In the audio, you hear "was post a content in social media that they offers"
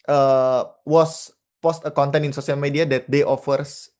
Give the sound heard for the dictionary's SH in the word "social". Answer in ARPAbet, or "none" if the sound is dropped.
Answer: S